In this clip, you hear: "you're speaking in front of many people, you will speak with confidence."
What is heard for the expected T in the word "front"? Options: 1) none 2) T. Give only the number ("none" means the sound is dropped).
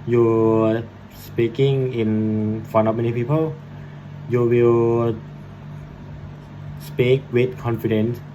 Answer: 1